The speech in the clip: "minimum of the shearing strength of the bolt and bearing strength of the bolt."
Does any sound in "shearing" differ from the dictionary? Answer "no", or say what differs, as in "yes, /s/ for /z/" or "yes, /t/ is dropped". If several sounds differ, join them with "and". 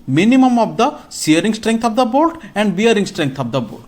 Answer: yes, /s/ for /ʃ/